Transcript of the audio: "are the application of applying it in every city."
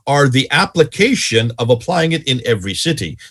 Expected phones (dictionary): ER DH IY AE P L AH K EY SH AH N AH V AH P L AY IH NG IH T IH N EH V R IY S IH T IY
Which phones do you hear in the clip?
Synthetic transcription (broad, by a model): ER DH IY AE P L AH K EY SH AH N AH V AH P L AY IH NG IH T IH N EH V R IY S IH T IY